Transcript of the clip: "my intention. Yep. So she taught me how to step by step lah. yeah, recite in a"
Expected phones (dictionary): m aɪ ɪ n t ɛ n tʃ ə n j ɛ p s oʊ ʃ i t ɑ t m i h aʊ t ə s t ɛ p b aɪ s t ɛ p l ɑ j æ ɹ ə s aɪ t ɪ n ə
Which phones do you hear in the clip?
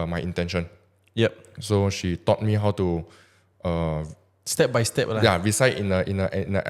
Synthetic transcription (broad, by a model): m aɪ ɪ n t ɛ n ʃ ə n j ɛ p s oʊ ʃ i t ɑ t m i h aʊ t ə s t ɛ p b aɪ s t ɛ p l ɑ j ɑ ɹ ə s aɪ t ɪ n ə